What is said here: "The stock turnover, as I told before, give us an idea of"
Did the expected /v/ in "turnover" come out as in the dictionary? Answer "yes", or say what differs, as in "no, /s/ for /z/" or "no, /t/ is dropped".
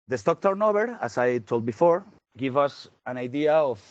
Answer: no, /b/ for /v/